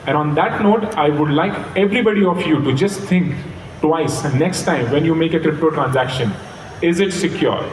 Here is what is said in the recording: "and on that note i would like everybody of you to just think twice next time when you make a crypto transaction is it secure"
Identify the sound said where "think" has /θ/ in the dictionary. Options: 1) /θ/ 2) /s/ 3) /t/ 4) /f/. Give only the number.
3